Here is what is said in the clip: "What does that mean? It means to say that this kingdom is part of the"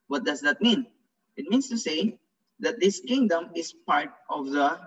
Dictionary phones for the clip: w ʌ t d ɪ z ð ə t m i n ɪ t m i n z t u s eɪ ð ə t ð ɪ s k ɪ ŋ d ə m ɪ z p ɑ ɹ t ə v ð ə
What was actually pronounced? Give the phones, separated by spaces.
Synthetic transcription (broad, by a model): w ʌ t d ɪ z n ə t m i n ɪ t m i n s t u s eɪ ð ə t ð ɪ s k ɪ ŋ d ə m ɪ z p ɑ ɹ t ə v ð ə